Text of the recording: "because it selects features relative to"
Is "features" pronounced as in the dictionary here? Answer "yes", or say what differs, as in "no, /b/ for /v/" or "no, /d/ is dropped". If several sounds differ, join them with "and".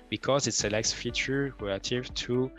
no, /z/ is dropped